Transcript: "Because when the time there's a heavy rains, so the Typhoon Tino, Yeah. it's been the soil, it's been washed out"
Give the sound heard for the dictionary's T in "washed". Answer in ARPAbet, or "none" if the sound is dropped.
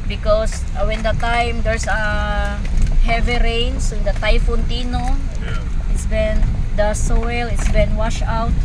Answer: none